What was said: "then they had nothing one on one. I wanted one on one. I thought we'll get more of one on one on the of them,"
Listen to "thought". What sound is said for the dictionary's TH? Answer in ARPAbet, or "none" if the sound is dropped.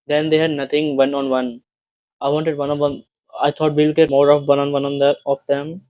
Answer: T